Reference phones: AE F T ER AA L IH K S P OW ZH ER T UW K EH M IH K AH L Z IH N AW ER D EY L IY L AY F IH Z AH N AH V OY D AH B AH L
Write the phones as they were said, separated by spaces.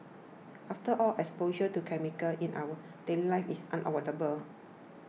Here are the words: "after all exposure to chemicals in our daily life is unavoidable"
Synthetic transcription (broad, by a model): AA F T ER AA L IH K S P OW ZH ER T UW K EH M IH K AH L IH N AW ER D EY L IY L AY F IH S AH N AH W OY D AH B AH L